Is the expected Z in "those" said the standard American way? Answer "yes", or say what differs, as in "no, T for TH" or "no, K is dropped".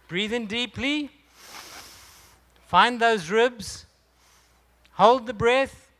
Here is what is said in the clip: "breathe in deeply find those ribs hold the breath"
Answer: yes